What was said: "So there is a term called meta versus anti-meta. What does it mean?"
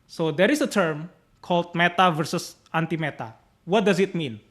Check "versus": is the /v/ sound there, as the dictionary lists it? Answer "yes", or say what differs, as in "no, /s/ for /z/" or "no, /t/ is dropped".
yes